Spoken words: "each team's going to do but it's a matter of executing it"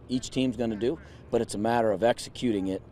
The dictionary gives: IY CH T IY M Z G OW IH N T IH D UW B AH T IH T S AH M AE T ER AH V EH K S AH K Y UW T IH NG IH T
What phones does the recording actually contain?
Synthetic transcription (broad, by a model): IY CH T IY M Z G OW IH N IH D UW B AH T IH T S AH M AE T ER AH V EH K S AH K Y UW T IH NG IH T